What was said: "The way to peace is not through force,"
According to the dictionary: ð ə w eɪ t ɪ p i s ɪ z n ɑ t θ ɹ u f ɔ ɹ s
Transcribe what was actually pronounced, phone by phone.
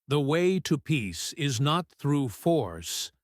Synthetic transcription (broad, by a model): ð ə w eɪ t ɪ p i s ɪ z n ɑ t θ ɹ u f ɔ ɹ s